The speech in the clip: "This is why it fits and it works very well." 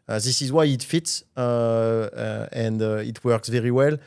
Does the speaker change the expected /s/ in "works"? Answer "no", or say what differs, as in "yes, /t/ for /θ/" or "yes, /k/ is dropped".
no